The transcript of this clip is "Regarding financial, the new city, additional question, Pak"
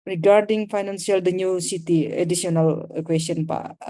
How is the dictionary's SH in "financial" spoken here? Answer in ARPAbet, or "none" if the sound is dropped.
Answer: S